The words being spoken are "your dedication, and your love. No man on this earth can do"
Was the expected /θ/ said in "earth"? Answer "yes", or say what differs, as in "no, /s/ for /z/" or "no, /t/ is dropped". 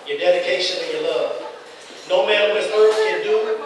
no, /s/ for /θ/